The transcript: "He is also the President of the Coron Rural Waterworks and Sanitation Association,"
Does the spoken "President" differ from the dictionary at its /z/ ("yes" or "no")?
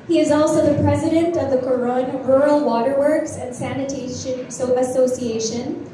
no